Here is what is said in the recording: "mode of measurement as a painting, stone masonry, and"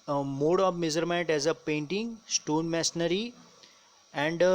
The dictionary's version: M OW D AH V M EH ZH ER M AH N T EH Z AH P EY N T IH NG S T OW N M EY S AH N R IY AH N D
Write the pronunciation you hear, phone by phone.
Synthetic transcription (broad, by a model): M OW D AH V M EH Z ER M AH N T EH Z AH P EY N T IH NG S T OW N M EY S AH R IY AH N D